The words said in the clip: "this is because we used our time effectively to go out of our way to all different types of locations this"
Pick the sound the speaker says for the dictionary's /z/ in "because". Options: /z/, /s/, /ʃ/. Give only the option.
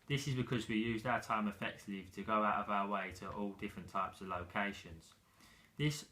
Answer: /z/